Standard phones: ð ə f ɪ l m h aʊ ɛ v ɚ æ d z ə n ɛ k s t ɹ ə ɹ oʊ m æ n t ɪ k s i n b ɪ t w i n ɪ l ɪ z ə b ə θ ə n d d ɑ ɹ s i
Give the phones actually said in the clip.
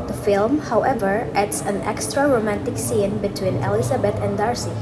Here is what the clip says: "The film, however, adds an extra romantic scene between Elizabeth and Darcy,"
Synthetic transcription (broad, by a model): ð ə f ɪ l m h aʊ ɛ v ɚ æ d s ə n ɛ k s t ɹ ə ɹ oʊ m æ n t ɪ k s i n b ɪ t w i n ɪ l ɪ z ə b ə t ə n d d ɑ ɹ s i